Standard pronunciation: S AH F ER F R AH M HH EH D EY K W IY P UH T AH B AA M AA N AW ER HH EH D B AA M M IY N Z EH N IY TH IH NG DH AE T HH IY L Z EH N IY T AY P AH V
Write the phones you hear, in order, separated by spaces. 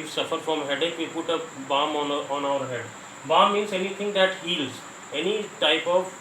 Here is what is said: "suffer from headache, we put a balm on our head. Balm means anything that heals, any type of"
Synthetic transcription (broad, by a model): S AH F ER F R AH M HH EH D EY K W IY P UH T AH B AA M AA N AW ER HH EH D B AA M M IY N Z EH N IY T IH NG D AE T HH IY L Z EH N IY T AY P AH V